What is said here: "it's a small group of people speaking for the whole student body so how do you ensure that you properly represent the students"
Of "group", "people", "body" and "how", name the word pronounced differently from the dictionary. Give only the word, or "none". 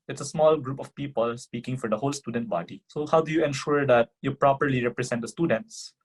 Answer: none